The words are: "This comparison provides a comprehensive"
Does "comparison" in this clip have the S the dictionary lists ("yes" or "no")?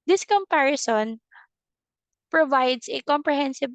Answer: yes